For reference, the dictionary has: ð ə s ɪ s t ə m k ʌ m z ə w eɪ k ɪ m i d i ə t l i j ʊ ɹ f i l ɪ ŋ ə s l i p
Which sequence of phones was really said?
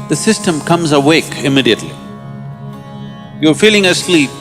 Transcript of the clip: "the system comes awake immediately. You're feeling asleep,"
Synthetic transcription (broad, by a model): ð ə s ɪ s t ə m k ʌ m z ə w eɪ k ɪ m i d i ə t l i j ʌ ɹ f i l ɪ ŋ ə s l i p